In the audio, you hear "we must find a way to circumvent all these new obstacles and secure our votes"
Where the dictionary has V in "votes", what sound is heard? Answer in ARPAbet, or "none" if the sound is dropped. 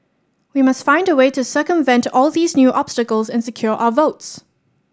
V